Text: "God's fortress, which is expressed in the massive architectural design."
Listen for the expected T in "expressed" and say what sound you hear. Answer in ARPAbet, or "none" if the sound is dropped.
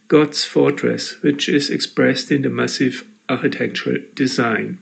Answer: T